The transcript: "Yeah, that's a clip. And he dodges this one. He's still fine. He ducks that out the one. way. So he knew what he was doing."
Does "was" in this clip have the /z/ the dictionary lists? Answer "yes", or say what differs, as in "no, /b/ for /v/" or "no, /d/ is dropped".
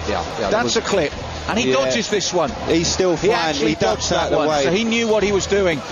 yes